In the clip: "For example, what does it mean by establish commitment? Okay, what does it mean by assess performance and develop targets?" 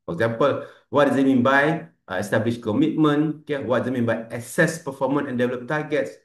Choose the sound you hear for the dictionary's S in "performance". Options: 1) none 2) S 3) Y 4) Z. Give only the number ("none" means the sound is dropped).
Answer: 1